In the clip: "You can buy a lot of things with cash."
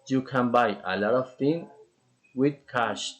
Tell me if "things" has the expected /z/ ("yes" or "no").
no